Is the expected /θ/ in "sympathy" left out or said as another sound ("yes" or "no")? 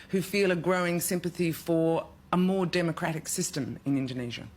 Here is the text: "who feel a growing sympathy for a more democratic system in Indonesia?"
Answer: no